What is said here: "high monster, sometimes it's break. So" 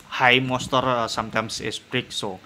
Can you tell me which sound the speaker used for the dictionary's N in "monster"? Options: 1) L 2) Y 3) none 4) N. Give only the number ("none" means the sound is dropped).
3